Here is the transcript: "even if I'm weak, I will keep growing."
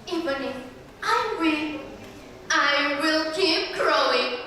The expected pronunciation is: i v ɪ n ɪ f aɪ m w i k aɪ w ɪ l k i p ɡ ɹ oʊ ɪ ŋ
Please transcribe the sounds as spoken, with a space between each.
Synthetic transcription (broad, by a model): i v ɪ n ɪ aɪ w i aɪ w ɪ l k i p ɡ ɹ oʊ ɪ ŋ